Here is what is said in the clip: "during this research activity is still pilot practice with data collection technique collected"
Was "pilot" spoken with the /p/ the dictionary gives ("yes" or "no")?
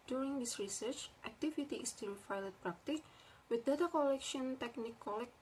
no